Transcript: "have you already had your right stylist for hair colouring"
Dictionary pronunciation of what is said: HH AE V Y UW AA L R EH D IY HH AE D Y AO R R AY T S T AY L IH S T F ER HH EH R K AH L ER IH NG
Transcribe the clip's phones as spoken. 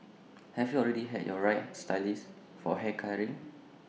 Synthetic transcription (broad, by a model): HH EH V Y UW AA L R EH D IY HH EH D Y AO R R AY T S T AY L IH S F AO HH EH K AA ER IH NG